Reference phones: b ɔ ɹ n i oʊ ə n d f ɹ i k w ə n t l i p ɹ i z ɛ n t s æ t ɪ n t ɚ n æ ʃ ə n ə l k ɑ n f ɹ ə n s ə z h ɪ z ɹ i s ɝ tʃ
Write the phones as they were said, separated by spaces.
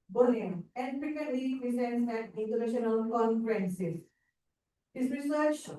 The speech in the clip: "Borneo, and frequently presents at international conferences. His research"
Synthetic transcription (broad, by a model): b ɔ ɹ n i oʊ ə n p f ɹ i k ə t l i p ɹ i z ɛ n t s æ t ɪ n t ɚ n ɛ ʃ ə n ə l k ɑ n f ɹ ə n s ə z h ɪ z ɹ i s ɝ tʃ